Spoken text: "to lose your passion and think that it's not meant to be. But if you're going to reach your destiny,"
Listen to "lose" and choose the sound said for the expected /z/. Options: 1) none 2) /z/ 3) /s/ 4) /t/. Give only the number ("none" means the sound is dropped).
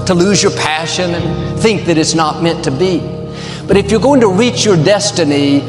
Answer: 2